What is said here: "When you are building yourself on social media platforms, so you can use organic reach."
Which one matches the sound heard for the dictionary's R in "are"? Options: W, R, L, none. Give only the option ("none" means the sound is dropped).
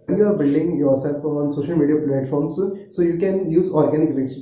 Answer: R